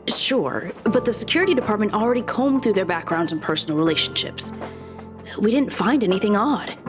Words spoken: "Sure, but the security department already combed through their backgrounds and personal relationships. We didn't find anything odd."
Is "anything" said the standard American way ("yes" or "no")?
yes